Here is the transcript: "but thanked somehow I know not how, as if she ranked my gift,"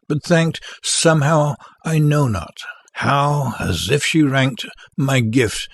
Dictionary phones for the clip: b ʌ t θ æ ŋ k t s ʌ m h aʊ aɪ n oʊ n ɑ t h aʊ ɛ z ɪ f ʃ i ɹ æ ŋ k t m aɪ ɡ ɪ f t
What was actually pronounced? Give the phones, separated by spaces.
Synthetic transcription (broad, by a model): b ʌ t θ æ ŋ k t s ʌ m h aʊ aɪ n oʊ n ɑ t h aʊ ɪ z ɪ f ʃ i ɹ æ ŋ k t m aɪ ɡ ɪ f t